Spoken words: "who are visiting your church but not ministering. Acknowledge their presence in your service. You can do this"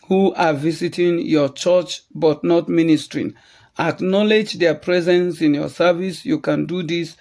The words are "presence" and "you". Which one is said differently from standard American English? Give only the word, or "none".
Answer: none